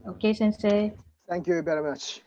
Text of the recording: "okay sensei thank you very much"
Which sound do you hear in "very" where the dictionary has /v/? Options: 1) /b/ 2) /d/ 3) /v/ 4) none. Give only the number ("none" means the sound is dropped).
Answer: 1